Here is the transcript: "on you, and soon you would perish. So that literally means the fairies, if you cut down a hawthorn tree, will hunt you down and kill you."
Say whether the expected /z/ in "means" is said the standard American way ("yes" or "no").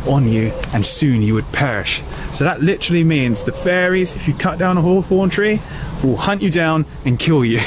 yes